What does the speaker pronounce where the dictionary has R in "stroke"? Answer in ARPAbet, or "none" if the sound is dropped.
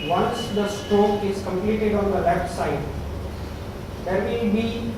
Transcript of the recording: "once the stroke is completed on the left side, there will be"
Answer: none